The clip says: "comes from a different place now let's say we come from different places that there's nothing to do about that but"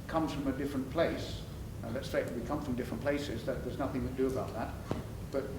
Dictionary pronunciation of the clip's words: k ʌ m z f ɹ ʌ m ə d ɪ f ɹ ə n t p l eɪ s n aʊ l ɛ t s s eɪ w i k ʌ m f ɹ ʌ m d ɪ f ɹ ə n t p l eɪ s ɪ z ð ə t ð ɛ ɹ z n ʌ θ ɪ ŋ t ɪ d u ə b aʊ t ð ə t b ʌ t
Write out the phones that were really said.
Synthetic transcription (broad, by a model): k ʌ m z f ɹ ʌ m ə d ɪ f ɹ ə n p l eɪ s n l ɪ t s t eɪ w i k ʌ m f ɹ ʌ m d ɪ f ɹ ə n p l eɪ s ɪ z ð ə t ð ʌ ɹ z n ʌ θ ɪ ŋ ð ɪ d ə b aʊ t ð ə t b ʌ t